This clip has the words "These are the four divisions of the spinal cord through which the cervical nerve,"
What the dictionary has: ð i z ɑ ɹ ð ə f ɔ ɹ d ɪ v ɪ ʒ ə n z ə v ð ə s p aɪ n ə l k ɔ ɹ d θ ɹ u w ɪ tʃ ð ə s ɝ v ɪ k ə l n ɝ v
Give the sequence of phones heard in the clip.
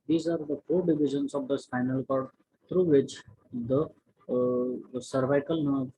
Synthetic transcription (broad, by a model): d i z ɑ ɹ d ə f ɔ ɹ d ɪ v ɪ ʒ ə n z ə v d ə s f aɪ n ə l k ɔ ɹ d t ɹ u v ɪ tʃ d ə s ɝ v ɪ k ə l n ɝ